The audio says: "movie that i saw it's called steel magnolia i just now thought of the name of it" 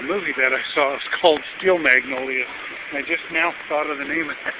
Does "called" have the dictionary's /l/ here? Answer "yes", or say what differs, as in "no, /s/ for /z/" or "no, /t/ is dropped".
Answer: yes